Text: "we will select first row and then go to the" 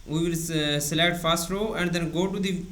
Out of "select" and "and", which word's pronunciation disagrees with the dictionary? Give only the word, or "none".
select